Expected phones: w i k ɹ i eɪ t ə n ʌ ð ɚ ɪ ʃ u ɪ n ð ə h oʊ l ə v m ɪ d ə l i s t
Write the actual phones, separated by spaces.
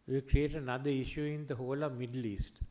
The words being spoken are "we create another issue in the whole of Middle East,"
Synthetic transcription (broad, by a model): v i k ɹ i eɪ t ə n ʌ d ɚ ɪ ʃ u ɪ n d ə h oʊ l ə v m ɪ d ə l i s t